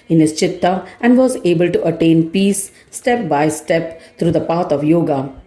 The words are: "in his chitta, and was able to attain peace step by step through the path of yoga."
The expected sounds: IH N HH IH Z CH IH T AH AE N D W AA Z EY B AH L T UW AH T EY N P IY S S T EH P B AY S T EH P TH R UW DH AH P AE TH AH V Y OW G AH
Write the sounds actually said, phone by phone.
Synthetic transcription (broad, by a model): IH N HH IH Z CH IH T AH AE N D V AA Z EY B AH L T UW AH T EY N P IY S S T EH P B AY S T EH P T R UW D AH P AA T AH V Y OW G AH